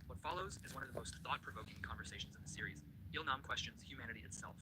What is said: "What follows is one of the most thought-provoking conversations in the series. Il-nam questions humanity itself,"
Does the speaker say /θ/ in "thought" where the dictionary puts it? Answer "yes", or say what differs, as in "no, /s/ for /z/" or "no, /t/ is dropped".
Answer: yes